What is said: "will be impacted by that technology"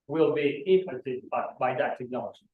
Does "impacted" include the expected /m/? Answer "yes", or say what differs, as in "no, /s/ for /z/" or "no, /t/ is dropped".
no, /m/ is dropped